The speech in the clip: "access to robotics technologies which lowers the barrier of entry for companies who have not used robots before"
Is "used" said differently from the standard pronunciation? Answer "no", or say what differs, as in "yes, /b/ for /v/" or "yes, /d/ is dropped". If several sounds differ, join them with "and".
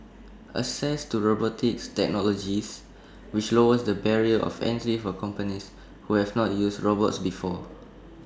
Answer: yes, /s/ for /z/